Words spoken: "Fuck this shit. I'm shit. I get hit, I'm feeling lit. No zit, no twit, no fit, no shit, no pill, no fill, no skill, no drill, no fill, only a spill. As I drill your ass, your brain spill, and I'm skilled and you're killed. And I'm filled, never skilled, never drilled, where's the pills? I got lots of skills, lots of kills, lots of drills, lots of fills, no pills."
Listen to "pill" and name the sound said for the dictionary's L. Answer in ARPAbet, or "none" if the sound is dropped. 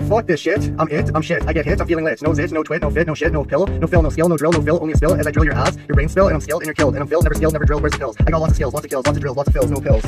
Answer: L